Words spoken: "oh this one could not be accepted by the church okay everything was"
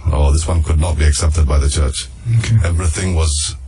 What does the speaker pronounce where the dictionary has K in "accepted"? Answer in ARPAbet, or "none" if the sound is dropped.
K